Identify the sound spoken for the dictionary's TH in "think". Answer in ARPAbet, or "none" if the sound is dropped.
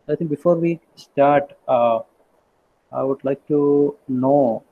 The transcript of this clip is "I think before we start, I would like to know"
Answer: T